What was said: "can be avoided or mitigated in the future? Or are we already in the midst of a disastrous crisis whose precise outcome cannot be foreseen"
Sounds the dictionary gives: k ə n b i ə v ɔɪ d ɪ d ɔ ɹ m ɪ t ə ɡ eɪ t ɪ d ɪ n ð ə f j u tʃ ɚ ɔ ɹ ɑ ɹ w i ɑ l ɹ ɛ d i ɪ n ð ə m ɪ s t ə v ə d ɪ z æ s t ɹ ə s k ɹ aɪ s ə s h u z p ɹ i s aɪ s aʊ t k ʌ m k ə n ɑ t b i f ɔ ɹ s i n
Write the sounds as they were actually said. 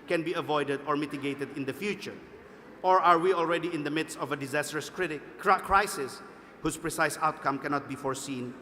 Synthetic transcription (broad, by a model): k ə n b i ə v ɔɪ d ɪ d ɔ ɹ m ɪ t ə ɡ eɪ t ɪ d ɪ n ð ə f j u tʃ ɚ ɔ ɹ ɑ ɹ w i ɑ l ɹ ɛ d i ɪ n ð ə m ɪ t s ə v ə d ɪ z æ s t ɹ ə s k ɹ aɪ s ə s h u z p ɹ i s aɪ s aʊ t k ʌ m k ə n ɑ t b i f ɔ ɹ s i n